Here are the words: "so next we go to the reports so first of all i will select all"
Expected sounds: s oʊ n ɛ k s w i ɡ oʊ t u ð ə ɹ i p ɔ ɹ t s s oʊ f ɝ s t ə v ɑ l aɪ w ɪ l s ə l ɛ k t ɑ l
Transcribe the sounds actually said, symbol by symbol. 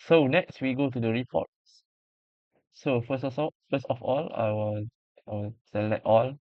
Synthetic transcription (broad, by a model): s oʊ n ɛ k s w i ɡ oʊ t u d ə ɹ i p ɔ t s s oʊ f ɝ s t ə f ɑ l aɪ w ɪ w s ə l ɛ t ɑ l